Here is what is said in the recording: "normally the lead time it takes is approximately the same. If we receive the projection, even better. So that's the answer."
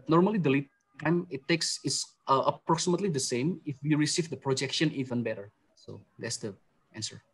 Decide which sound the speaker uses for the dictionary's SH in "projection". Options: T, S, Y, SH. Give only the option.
SH